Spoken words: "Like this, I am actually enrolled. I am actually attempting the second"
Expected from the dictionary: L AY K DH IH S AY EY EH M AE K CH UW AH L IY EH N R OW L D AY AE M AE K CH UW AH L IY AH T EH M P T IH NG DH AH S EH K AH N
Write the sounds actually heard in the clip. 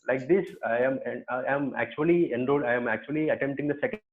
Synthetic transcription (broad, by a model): L AY K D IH S AY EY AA M AE K CH UW AH L IY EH N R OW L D AY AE M AE K CH UW AH L IY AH T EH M T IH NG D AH S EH K